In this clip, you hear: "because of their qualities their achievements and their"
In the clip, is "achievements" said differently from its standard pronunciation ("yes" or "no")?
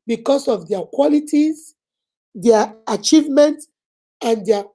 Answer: yes